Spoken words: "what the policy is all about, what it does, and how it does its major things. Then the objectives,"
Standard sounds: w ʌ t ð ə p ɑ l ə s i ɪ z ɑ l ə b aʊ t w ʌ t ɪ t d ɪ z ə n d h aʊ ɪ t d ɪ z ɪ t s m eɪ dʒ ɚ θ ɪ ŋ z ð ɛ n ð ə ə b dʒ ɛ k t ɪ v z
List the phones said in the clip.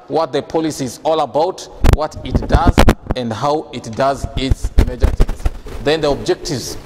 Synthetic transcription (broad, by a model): w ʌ t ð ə p ɑ l ə s i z ɑ l ə b aʊ t w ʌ t ɪ t d ɪ z ə n d h aʊ ɪ t d ɪ z ɪ t s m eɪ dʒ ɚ t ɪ z ð ɛ n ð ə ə b dʒ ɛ k t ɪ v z